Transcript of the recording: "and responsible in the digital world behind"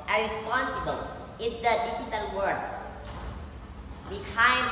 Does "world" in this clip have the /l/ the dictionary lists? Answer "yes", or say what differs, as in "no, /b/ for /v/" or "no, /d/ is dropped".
no, /l/ is dropped